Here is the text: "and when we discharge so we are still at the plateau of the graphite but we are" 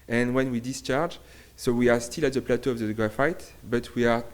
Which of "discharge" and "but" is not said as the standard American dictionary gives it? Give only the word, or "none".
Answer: none